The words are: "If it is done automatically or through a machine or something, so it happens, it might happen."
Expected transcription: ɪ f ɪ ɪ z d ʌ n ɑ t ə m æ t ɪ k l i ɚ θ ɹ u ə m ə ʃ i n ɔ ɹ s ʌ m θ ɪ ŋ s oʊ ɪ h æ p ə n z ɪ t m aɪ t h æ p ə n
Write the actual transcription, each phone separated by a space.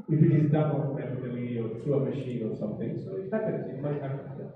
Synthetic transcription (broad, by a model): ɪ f ɪ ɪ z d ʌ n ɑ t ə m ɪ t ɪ l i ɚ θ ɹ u ə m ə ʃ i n ɔ ɹ s ʌ m θ ɪ ŋ s oʊ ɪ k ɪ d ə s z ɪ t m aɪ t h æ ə